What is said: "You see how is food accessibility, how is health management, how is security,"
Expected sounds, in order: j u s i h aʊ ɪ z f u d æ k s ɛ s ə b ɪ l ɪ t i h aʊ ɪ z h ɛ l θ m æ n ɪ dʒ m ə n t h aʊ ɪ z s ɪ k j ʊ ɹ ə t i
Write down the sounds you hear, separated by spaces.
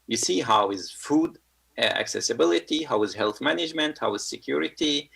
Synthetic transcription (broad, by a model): j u s i h aʊ ɪ z f u d æ k s ɛ s ə b ɪ l ɪ t i h aʊ ɪ z h ɛ l θ m æ n ɪ dʒ m ə n t h aʊ ɪ z s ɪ k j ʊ ɹ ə t i